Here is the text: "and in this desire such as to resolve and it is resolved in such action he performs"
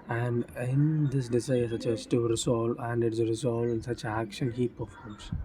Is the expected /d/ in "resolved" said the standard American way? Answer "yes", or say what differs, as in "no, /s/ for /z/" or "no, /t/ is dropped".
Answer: no, /d/ is dropped